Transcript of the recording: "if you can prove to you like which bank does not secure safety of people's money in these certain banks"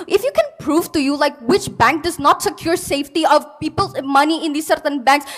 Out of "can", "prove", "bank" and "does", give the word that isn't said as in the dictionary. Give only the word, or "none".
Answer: none